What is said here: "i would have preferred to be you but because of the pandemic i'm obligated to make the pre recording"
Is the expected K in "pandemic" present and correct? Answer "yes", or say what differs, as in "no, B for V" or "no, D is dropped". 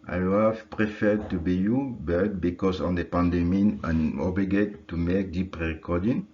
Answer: no, K is dropped